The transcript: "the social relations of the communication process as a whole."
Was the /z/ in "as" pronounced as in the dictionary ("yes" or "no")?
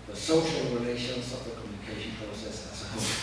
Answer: no